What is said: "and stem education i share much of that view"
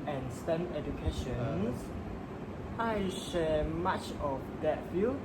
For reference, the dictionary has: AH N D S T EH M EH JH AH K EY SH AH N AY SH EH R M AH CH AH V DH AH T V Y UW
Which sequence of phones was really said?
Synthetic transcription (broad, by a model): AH N S T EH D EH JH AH K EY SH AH N AY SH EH L M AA CH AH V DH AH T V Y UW